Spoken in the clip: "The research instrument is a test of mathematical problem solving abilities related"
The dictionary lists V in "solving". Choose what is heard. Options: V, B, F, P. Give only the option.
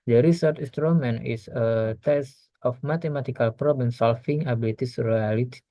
F